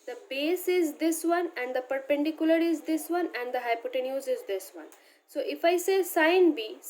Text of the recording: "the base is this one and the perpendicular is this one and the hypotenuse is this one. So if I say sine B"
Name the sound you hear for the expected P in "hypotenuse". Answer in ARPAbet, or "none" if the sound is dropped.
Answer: P